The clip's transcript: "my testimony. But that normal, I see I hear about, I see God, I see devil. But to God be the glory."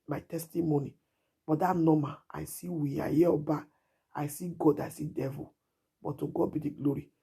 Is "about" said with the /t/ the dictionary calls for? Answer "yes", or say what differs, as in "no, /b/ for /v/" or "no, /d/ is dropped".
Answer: no, /t/ is dropped